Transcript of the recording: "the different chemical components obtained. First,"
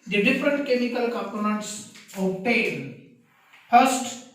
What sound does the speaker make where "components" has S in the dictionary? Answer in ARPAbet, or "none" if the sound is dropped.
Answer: S